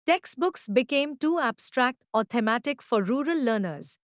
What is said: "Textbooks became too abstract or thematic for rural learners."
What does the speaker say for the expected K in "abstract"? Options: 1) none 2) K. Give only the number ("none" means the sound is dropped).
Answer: 2